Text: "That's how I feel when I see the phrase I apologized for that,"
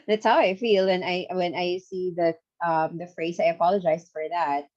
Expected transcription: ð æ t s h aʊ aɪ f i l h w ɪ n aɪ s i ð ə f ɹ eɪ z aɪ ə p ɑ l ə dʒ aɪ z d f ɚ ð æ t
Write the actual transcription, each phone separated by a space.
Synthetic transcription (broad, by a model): ð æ t s h aʊ aɪ f i l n w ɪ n aɪ s i ð ə f ɹ eɪ z aɪ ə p ɑ l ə dʒ aɪ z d f ɚ ð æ t